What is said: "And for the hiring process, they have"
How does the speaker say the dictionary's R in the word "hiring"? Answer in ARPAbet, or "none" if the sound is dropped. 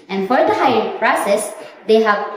none